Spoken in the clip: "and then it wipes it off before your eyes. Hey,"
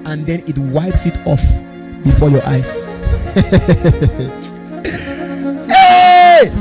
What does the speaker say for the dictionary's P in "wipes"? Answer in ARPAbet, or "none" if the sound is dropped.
P